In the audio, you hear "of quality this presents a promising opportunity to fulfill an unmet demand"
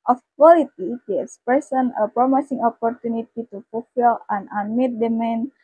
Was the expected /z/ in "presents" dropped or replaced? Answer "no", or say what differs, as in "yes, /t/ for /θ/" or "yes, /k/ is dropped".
yes, /s/ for /z/